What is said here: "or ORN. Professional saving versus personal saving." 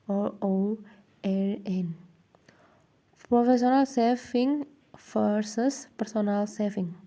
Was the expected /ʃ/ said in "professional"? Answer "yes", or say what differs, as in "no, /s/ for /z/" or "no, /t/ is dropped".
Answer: no, /s/ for /ʃ/